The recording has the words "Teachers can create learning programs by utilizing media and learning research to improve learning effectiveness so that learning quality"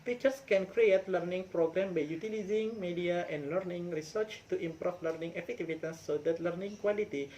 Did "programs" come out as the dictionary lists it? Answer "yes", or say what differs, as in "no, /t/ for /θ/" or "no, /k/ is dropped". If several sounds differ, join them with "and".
no, /z/ is dropped